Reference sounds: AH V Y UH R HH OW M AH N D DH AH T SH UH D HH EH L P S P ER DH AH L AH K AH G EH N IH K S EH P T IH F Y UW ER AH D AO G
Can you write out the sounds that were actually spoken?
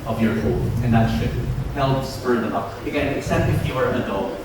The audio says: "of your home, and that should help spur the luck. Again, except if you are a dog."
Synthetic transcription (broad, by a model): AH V Y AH R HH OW AH N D DH AH T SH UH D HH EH L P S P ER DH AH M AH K AH G EH N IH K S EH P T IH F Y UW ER AH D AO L